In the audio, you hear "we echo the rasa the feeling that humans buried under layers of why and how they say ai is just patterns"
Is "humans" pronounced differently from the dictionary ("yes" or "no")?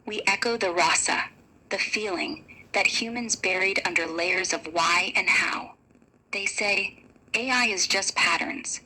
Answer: no